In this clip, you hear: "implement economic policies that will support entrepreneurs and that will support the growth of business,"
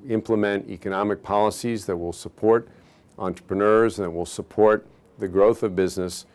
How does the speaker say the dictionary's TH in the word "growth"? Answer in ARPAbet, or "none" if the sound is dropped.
TH